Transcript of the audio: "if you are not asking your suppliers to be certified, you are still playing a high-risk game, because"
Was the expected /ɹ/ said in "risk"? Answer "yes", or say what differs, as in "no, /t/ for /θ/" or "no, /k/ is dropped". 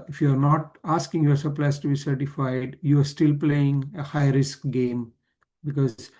yes